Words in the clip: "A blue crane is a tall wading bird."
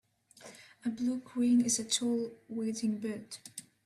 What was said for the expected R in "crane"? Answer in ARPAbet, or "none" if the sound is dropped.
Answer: W